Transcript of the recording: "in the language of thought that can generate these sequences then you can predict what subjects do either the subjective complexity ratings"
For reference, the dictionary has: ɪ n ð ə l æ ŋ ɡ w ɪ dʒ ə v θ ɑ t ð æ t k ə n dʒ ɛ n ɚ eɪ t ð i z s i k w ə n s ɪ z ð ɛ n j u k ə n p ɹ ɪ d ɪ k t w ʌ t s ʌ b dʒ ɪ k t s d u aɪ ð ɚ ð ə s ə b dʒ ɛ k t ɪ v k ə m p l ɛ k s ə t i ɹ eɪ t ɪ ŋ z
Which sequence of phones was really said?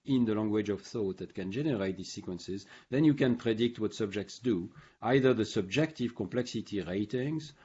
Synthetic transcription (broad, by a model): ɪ n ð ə l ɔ ŋ ɡ w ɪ dʒ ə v θ ɑ t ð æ t k ə n dʒ ɛ n ɚ eɪ t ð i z s i k w ə n s ɪ z ð ɛ n j u k ə n p ɹ ɪ d ɪ k t w ʌ t s ʌ b dʒ ɪ k t s d u aɪ ð ɚ ð ə s ə b dʒ ɛ k t ɪ v k ə m p l ɛ k s ə t i ɹ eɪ t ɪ ŋ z